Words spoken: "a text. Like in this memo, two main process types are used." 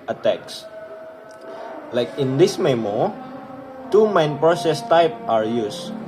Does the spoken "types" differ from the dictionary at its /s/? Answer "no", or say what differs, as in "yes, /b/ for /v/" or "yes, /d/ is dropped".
yes, /s/ is dropped